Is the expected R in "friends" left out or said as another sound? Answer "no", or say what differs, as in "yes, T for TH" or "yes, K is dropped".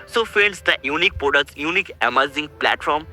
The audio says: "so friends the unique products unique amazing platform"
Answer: yes, R is dropped